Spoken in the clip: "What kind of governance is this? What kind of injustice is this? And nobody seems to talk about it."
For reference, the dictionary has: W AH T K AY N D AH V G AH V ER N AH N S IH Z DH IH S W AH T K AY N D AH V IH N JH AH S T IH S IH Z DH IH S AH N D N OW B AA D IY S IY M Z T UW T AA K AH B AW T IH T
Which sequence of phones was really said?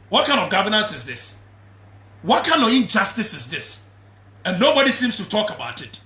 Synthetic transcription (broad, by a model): W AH T K AY N D AH V G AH V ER N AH N S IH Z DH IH S W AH T K AY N D AH V IH N JH AH S T IH S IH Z DH IH S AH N N OW B AA D IY S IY M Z T UW T AA K AH B AW T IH T